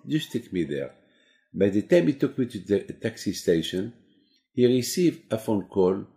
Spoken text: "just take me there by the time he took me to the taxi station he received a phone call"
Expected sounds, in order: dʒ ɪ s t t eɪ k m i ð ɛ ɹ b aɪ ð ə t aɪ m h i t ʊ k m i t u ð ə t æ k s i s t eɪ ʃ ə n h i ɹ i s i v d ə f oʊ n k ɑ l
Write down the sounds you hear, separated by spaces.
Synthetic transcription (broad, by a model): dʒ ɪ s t t eɪ k m i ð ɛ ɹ b aɪ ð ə t aɪ m h i t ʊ k m i t u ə t æ k s i s t eɪ ʃ ə n h i ɹ i s i v d ə f oʊ n k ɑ l